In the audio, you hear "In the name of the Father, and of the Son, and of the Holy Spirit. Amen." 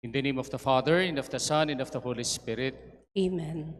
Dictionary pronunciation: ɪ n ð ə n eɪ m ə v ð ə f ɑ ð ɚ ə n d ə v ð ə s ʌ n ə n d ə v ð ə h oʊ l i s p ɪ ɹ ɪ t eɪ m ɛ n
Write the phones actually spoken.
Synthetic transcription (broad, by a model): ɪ n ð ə n eɪ m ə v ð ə f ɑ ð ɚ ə n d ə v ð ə s ʌ n ə n d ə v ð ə h oʊ l i s p ɪ ɹ ɪ t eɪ m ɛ n